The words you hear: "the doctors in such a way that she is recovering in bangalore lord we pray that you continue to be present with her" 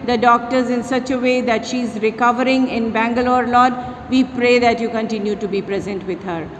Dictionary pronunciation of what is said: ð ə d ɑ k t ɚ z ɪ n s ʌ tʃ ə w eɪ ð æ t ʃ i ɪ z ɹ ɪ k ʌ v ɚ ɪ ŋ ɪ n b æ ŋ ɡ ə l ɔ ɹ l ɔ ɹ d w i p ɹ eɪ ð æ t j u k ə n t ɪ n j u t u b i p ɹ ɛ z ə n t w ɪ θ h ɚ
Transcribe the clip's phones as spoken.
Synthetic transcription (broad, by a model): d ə d ɑ k t ɚ z ɪ n s ʌ tʃ ə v eɪ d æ t ʃ i ɪ z ɹ ɪ k ʌ v ɚ ɪ ŋ ɪ n b æ ŋ ɡ ə l ɔ ɹ l ɔ d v i p ɹ eɪ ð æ t j u k ə n t ɪ n j u t u b i p ɹ ɛ z ə n t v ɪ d h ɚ